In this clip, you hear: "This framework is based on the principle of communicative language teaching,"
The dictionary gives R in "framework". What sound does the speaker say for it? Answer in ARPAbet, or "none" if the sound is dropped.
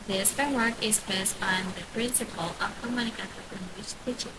none